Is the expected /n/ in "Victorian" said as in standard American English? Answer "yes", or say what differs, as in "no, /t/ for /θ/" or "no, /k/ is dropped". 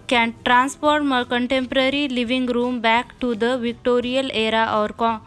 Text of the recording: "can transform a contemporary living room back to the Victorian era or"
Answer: no, /l/ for /n/